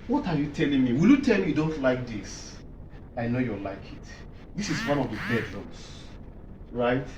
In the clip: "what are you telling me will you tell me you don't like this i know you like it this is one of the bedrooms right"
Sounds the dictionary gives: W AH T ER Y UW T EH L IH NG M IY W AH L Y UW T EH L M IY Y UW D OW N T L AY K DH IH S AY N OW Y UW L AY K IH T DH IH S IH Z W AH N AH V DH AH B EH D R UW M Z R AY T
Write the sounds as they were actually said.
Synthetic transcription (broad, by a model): W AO T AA Y UW T EH L IH NG M IY W AH L Y UW T EH L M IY Y UW D OW N T L AY K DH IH S AY N OW Y UW L AY K IH T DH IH S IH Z W AH N AH V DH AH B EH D L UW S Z R AY T